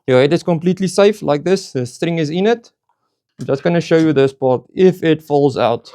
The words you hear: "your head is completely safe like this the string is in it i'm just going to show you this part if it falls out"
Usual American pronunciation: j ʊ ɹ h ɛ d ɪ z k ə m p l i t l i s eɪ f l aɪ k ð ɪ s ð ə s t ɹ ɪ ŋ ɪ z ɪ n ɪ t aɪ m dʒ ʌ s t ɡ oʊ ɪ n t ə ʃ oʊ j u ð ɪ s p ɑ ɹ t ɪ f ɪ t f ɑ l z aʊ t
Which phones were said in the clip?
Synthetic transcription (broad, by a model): j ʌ h ɛ d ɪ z k ə m p l i t l i s eɪ f l aɪ k ð ɪ s ð ə s t ɹ ɪ ŋ ɪ z ɪ n ɪ t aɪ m dʒ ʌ s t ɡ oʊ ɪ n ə ʃ oʊ j u ð ɪ s p ɑ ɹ t ɪ f ɪ t f ɑ l z aʊ t